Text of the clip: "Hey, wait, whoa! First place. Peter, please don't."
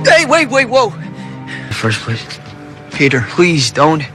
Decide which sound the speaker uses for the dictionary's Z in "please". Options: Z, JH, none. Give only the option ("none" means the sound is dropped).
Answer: Z